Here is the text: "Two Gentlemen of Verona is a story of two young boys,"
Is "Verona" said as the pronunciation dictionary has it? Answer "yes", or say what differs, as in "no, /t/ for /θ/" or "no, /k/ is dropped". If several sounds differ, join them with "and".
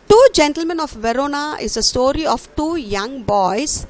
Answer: yes